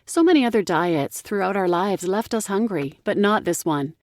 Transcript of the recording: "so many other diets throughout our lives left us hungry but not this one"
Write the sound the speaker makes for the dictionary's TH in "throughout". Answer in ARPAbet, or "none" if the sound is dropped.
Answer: TH